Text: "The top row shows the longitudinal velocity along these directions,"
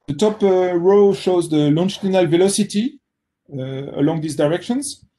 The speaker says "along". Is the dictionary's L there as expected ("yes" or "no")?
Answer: yes